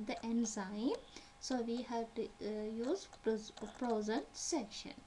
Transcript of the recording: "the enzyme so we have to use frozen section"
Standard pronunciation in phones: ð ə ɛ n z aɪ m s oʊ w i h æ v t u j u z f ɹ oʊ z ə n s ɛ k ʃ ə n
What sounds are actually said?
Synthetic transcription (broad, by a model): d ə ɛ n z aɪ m s oʊ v i h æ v t u j u z p ɹ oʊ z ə n s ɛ k ʃ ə n